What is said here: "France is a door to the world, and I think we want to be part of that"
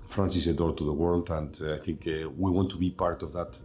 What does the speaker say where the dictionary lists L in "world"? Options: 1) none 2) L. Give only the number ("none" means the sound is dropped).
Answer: 2